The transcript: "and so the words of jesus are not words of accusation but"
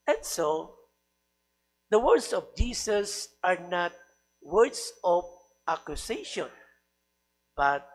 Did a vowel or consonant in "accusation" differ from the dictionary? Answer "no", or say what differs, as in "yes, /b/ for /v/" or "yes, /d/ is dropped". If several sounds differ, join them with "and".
yes, /s/ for /z/